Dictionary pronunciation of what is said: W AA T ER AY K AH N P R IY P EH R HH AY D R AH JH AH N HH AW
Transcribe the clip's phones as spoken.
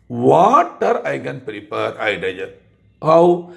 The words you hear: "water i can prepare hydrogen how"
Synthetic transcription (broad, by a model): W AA T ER AY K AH N P R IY P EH R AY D AH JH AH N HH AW